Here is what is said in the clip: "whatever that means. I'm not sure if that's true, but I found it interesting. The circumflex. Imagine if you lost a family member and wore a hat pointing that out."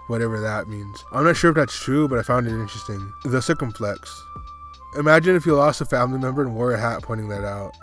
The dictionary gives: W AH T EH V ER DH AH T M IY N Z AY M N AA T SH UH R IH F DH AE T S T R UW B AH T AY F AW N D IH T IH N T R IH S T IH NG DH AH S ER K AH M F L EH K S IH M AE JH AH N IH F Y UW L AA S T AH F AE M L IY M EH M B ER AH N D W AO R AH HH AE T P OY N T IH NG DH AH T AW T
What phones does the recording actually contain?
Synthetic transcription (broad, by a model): W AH T EH V ER DH AH T M IY N Z AY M N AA T SH UH R IH F DH AE T S T R UW B AH T AY F AW N D IH T IH N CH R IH S T IH NG DH AH S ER K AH M F L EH K S IH M AE JH AH N IH F Y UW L AA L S AH F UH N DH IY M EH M B ER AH N W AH R AH HH AE T P OY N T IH NG DH AH T AW T